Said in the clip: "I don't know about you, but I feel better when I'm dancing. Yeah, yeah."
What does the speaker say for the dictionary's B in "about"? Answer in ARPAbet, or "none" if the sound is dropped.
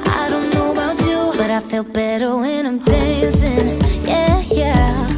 none